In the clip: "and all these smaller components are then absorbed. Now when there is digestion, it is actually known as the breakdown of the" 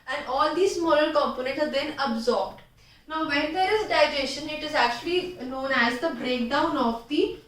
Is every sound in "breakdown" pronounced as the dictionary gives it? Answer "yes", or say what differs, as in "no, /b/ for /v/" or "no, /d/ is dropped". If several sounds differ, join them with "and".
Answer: yes